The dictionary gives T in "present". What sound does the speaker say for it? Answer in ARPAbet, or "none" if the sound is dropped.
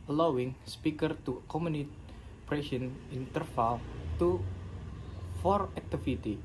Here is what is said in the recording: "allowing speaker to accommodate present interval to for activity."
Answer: none